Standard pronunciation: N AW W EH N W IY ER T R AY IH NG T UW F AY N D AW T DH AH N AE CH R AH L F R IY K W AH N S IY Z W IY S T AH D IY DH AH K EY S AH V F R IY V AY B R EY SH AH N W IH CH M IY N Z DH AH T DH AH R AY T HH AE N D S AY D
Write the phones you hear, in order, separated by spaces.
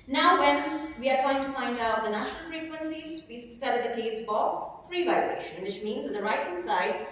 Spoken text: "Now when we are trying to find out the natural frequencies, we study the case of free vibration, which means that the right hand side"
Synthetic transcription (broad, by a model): N AW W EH N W IY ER T R AY IH NG T UW F AY N D AW T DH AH N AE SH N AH L F R IY K W AH N S IY Z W IY S T AH D IY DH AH K EY S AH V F R IY V AY B R EY SH AH N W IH CH M IY N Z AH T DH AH R AY T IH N S AY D